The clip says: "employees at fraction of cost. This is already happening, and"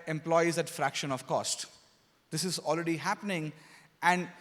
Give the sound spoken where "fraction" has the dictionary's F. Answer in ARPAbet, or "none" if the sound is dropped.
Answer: F